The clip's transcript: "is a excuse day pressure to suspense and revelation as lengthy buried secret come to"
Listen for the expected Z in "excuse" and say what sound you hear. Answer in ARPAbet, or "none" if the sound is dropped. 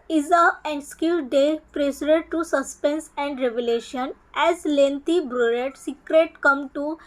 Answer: none